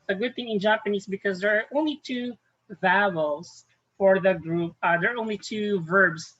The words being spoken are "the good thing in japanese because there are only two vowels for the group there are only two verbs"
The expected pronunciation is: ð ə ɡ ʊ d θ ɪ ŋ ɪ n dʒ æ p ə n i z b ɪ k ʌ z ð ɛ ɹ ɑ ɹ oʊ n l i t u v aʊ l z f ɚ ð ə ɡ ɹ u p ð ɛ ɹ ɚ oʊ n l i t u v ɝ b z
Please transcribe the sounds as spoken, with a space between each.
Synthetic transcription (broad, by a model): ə ɡ ʊ d θ ɪ ŋ ɪ n dʒ æ p ə n i z b ɪ k ʌ z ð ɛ ɹ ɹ oʊ n l i t u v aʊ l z f ɚ ð ə ɡ ɹ u p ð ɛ ɹ oʊ n l i t u v ɝ b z